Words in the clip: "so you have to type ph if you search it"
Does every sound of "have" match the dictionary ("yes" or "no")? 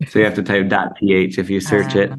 no